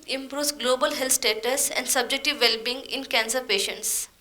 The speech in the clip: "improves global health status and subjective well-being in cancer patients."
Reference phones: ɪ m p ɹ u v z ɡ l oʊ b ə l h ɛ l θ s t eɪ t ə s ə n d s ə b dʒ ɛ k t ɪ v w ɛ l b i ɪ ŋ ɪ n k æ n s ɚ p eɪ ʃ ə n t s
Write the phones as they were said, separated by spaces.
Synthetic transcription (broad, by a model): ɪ m p ɹ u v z ɡ l oʊ b ə l h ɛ l t s t eɪ t ə s ə n d s ə b dʒ ɛ k t ɪ v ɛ l b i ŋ ɪ n k æ n s ɚ p eɪ ʃ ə n t s